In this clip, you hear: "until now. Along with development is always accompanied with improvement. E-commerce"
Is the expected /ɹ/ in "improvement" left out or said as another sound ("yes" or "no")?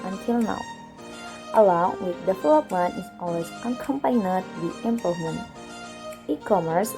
yes